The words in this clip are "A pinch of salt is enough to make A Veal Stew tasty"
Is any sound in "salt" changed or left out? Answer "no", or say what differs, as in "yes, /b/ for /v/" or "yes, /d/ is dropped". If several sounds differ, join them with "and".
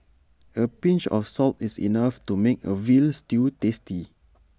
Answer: no